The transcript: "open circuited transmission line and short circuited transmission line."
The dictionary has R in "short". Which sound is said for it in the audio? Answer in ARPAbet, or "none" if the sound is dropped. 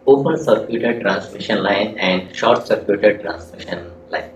R